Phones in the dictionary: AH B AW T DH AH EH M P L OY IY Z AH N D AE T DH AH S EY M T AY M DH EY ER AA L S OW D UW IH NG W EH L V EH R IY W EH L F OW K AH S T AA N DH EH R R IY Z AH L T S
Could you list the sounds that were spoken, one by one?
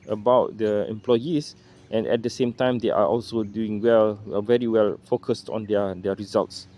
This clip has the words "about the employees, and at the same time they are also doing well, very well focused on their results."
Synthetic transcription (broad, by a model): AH B AW T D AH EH M P L OY IY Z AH N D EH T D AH S EY M T AY M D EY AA AA L S OW D UW IH NG W EH L V EH R IY W EH L F OW K AH S T AA N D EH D R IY Z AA L T S